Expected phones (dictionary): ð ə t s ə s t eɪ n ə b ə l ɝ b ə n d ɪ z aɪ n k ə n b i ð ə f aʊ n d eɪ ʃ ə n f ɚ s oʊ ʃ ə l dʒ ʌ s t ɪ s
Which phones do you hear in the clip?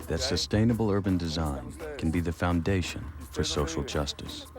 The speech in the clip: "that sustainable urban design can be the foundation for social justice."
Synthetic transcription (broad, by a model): ð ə t s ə s t eɪ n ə b l ɝ b ə n d ɪ z aɪ n k n b i ð ə f aʊ n d eɪ ʃ ə n f ɚ s oʊ ʃ l dʒ ʌ s t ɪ s